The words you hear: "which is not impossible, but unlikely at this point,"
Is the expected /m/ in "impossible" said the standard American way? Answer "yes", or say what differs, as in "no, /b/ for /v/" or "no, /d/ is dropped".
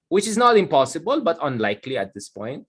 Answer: yes